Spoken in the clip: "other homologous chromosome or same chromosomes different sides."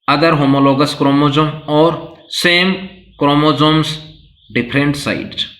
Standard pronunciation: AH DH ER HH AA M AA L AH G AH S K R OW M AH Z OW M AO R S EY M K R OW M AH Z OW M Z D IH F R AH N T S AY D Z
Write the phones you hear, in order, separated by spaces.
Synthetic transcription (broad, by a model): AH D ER HH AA M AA L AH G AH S K R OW M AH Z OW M AO R S EY M K R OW M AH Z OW M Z D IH P R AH N T S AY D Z